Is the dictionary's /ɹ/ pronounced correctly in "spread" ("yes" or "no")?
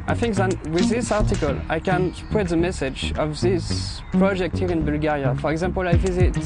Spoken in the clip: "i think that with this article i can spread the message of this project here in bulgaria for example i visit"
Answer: no